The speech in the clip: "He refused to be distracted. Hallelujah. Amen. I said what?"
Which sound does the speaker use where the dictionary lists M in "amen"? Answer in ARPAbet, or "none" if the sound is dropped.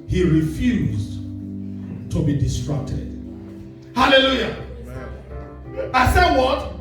none